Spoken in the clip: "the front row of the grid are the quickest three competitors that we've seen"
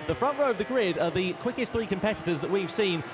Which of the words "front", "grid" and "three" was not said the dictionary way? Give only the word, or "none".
none